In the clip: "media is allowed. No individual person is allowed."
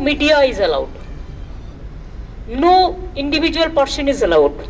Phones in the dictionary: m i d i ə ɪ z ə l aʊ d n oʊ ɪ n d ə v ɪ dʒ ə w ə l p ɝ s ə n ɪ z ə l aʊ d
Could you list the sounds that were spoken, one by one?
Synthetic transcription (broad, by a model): m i d i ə ɪ z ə l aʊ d n oʊ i n d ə b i dʒ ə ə l p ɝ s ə n ɪ z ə l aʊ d